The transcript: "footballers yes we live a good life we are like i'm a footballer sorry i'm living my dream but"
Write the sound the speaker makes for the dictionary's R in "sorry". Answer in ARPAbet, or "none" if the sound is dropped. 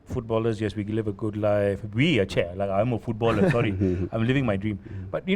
R